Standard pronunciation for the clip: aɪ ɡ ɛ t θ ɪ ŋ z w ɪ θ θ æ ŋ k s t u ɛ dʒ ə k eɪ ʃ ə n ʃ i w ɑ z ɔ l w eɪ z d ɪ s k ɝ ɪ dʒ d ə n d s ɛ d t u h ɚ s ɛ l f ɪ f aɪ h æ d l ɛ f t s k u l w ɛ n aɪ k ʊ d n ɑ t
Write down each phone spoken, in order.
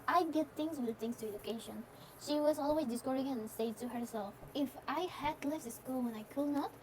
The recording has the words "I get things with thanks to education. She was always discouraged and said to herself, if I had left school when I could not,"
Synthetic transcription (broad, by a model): aɪ ɡ ɛ t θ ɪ ŋ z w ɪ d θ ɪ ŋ s t u ɛ dʒ ə k eɪ ʃ ə n ʃ i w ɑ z ɔ l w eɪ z d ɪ s k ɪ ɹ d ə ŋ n s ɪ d t u h ɚ s ɛ l f ɪ f aɪ h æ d l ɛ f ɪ s k u l w ɛ n aɪ k ʊ d n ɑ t